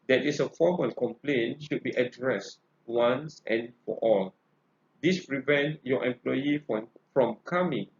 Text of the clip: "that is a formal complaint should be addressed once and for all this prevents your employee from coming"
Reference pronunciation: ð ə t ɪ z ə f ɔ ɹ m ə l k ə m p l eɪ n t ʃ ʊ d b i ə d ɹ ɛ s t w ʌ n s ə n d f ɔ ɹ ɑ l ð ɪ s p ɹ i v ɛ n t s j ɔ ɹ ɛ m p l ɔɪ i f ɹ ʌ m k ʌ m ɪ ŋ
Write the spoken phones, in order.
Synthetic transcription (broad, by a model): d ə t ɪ s ə f ɔ m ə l k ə m p l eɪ n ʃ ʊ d b i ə d ɹ ɛ s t w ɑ n s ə n f ɔ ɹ ɑ l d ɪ s p ɹ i v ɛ n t j ɔ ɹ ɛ m p l ɔɪ i f ɹ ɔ m k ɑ m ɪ ŋ